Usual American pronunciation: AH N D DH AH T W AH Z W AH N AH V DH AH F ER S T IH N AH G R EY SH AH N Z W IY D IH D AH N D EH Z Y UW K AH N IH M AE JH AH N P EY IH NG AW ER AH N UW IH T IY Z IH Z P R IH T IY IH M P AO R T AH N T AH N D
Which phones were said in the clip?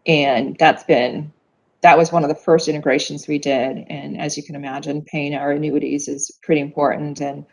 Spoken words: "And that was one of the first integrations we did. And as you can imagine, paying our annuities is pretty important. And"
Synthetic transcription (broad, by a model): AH N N DH AH T W AH Z W AH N AH V DH AH F ER S T IH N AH G R EY SH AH N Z W IY D IH D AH N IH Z Y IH K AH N IH M AE JH AH N P EY IH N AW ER AH N UW IH T IY Z IH Z P R IH T IY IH M P AO R T N T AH N